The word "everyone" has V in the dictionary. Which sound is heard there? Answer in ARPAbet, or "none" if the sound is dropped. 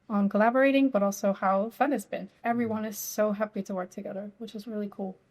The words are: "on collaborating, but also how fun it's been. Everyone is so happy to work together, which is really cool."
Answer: V